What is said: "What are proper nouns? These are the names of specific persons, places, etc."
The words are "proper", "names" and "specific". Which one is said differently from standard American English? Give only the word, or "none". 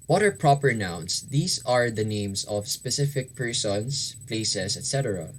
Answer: names